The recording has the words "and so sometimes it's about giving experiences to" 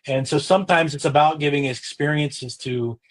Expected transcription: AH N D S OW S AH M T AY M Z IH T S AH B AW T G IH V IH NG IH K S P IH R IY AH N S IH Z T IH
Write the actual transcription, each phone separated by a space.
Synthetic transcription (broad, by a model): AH N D S OW S AH M T AY M Z IH T S AH B AW T G IH V IH NG IH K S P IH R IY AH N S IH Z T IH